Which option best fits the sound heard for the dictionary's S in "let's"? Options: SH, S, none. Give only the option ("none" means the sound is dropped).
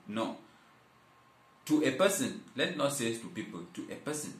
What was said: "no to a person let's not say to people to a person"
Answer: none